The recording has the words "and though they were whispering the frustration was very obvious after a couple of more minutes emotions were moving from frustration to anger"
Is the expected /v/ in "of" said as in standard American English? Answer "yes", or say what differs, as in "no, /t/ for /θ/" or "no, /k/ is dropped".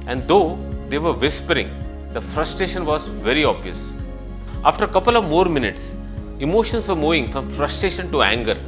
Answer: yes